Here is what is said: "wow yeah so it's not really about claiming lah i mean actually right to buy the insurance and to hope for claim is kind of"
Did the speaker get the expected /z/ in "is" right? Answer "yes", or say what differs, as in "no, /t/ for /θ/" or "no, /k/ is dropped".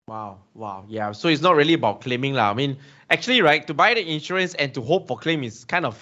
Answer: no, /s/ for /z/